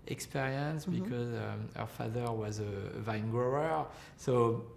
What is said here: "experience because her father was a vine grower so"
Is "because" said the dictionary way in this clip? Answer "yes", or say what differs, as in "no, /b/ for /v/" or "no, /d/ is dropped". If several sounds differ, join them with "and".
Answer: yes